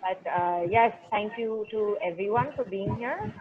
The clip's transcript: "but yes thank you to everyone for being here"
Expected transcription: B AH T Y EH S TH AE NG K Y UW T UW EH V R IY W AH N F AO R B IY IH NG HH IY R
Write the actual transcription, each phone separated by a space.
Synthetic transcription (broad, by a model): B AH T Y EH S T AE NG K Y UW T UW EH V R IY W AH N F AO R B IY IH NG HH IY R